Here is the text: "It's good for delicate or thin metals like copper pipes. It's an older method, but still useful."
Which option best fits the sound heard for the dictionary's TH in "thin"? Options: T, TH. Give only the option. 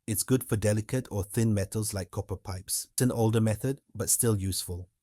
TH